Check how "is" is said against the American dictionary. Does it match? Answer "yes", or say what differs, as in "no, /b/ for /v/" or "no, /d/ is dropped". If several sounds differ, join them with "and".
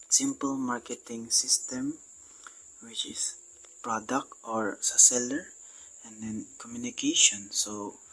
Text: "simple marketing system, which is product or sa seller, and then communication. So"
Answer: no, /s/ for /z/